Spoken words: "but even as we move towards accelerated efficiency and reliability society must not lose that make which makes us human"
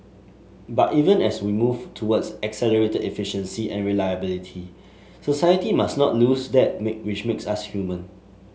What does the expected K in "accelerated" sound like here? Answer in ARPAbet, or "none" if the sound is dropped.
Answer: K